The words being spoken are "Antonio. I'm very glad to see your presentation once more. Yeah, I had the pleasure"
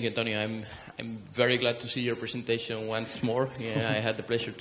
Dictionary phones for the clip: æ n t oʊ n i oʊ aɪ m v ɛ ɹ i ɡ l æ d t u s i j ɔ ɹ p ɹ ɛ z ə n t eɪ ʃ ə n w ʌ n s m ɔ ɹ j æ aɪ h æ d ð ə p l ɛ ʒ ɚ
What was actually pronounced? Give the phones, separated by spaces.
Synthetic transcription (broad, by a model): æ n t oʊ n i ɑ aɪ m v ɛ ɹ i ɡ l æ d t u s i j ɔ ɹ p ɹ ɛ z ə n t eɪ ʃ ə n w ʌ n s m ɔ ɹ aɪ h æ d ð ə p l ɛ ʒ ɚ